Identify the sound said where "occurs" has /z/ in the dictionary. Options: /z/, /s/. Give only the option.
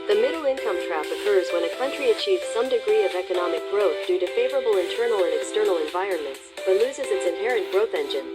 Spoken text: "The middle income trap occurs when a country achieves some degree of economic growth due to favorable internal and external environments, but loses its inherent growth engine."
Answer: /z/